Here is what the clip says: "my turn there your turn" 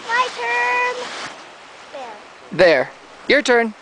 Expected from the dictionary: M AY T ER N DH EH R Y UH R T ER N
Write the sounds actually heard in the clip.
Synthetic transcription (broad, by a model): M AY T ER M DH EH R Y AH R T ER N